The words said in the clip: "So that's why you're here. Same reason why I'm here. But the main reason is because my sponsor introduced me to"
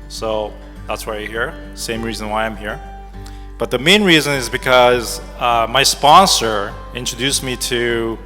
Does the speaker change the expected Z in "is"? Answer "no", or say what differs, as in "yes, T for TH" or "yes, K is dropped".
no